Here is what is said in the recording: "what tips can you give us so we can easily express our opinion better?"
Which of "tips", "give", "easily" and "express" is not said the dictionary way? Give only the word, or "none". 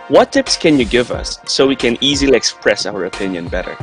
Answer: none